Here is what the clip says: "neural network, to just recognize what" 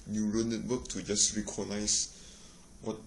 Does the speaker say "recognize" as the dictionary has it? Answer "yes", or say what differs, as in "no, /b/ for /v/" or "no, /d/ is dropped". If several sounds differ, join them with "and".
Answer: no, /s/ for /z/